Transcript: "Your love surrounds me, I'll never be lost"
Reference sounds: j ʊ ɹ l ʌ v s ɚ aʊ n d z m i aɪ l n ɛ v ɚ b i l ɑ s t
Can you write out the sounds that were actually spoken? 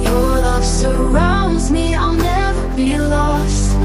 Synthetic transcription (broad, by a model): j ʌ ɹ l ʌ v s ɚ aʊ n d z m i aɪ l n ɛ v ɚ b i l ɑ s t